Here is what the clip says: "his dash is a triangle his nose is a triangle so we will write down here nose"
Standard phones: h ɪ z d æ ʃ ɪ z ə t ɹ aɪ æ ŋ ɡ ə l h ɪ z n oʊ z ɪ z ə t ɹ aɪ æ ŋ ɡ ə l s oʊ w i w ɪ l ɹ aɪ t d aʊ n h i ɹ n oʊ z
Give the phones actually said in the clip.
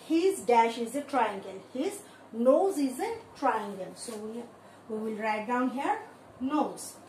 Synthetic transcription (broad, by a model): h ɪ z d æ ʃ ɪ z ə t ɹ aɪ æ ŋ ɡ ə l h ɪ z n oʊ z ɪ z ə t ɹ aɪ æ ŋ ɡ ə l s oʊ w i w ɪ l ɹ aɪ t d aʊ n h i ɹ n oʊ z